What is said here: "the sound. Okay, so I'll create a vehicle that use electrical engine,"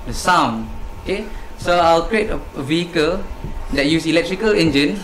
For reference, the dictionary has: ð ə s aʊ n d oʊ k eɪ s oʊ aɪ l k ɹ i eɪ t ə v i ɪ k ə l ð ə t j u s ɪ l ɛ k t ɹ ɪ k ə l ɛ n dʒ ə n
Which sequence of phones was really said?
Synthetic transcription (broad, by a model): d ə s aʊ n oʊ k eɪ s oʊ aɪ l k ɹ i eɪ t ə v i ɪ k ə l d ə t j u s ɪ l ɛ k t ɹ ɪ k ə l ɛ n dʒ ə n